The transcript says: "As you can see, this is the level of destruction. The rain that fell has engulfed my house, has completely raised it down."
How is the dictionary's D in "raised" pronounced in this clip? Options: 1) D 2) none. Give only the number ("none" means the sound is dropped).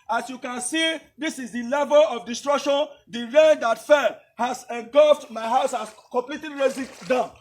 2